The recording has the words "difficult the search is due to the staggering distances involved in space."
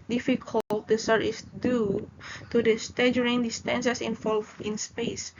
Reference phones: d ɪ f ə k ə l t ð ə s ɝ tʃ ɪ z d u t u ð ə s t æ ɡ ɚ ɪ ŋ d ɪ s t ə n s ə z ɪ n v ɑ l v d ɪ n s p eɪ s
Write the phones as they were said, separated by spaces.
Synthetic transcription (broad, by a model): d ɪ f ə k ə l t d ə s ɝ ɪ s d u t u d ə s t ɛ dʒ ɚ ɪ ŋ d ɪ s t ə n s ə s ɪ n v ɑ l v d ɪ n s p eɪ s